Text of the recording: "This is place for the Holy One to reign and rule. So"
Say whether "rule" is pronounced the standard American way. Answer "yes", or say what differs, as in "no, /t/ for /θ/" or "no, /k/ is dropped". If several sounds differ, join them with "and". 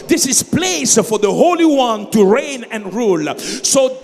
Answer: yes